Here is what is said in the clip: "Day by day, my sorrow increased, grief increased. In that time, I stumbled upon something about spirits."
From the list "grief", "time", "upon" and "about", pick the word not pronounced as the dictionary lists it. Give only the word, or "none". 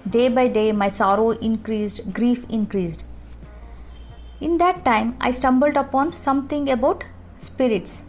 none